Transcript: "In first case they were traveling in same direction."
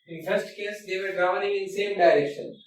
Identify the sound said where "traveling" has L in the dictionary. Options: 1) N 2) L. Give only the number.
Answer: 1